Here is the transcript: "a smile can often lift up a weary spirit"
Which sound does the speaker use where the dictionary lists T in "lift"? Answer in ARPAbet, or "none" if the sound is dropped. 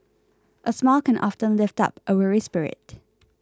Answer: T